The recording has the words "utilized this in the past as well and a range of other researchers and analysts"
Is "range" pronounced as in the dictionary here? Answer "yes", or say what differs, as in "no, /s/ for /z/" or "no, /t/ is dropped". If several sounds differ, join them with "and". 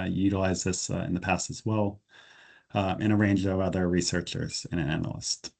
yes